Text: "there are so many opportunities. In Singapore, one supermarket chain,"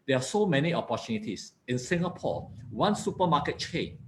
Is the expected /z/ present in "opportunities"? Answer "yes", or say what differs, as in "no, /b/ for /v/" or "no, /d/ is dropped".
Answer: no, /s/ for /z/